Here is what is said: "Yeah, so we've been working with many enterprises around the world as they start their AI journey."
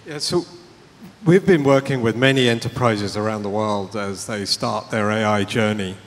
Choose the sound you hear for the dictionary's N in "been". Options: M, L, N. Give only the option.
N